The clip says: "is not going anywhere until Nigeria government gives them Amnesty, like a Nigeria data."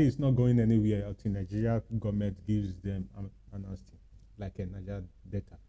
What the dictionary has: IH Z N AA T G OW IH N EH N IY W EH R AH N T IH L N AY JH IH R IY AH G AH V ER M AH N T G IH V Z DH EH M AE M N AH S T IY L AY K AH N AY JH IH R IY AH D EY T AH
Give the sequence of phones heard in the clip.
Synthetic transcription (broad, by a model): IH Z N AA T G OW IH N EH N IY W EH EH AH T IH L N AY JH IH R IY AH G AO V M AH N T G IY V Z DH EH M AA N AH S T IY L AY K AH N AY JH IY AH D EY T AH